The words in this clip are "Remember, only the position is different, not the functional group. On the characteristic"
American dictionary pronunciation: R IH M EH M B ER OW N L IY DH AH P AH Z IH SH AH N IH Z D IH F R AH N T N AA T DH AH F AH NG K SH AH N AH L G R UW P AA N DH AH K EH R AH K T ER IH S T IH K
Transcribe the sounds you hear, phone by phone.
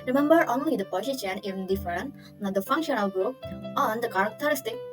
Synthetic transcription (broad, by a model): R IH M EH M B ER OW N L IY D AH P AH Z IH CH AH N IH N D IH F AH T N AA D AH F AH NG K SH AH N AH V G UW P AA N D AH K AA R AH K T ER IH S T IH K